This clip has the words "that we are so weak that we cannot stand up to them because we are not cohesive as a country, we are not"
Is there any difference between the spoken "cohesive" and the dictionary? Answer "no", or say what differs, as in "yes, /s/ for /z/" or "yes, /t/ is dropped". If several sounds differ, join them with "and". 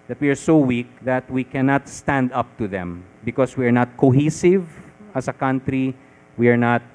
no